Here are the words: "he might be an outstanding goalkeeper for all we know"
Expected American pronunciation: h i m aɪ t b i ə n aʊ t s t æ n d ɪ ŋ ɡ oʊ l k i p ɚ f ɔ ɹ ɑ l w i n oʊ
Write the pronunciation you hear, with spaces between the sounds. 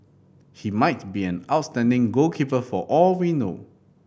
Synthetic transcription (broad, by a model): h i m aɪ t b i ə n aʊ t s t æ n d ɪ ŋ ɡ oʊ k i p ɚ f ɔ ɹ ɑ l w i n oʊ